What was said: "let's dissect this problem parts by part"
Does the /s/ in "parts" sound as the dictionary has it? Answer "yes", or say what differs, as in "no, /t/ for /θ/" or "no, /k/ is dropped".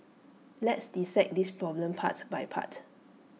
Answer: no, /s/ is dropped